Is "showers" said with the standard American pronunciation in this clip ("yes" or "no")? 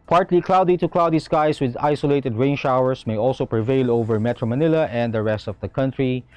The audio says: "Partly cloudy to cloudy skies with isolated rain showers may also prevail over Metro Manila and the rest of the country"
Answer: no